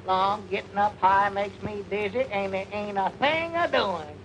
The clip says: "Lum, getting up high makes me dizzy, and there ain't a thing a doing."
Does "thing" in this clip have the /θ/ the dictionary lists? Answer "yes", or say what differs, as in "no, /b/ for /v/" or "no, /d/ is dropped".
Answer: yes